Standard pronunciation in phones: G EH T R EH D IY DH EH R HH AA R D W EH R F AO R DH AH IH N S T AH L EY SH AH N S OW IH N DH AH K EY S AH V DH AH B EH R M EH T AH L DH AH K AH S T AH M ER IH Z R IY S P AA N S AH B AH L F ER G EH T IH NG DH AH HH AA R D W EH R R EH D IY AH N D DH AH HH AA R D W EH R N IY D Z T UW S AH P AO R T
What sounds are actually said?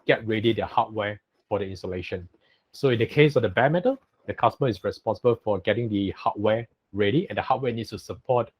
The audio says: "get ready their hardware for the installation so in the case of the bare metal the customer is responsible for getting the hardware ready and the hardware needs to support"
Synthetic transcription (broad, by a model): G EH T R EH D IY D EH HH AA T W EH F AO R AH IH N S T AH L EY SH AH N S OW IH N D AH K EY S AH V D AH B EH M EH T AH L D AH K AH S T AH M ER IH S R IY S P AA N S AH B AH L F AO G EH T IH NG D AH HH AA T W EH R R EH D IY AH N D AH HH AA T W EH N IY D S T UW S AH P AO T